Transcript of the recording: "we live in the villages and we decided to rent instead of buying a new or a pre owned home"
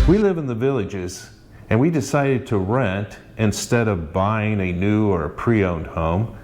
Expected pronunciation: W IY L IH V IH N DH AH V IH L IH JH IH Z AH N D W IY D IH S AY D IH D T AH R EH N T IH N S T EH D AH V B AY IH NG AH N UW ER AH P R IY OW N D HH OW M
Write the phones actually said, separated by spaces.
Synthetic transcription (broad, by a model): W IY L IH V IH N DH AH V IH L IH JH IH Z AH N W IY D IH S AY D IH D T AH R EH N T IH N S T EH D AH V B AY IH NG AH N UW ER AH P R IY OW N D HH OW M